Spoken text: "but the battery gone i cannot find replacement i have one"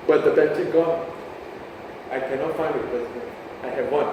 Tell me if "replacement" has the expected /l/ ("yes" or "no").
no